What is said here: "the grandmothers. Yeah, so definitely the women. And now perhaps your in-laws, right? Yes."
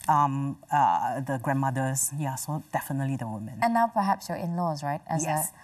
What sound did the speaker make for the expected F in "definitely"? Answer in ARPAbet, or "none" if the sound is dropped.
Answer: F